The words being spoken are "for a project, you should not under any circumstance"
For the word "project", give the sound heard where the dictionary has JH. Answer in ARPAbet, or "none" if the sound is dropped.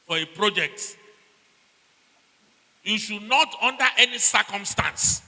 JH